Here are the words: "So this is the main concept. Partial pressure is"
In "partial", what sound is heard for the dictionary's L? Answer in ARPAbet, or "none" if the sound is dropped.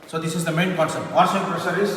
N